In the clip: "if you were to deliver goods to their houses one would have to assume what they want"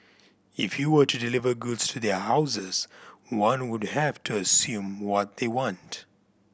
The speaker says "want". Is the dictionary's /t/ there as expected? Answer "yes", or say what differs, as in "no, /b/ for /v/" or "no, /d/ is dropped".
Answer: yes